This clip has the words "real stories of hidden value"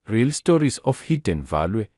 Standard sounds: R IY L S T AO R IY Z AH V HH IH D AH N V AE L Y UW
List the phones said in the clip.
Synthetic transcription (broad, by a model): R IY L S T AO R IY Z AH F HH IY D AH N V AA L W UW